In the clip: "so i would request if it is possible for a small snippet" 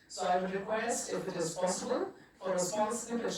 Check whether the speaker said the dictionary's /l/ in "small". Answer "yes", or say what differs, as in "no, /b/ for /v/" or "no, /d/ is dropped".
no, /n/ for /l/